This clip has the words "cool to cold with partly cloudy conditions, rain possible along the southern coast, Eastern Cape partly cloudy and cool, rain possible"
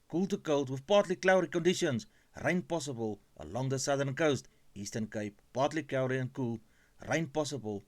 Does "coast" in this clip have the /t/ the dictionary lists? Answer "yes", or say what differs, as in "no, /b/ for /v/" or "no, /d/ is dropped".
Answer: yes